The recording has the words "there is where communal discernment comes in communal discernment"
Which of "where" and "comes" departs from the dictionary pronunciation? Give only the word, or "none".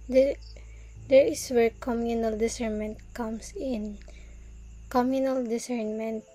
comes